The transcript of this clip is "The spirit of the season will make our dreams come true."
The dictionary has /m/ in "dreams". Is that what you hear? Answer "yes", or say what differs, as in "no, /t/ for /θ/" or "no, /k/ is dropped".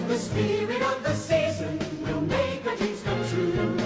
no, /m/ is dropped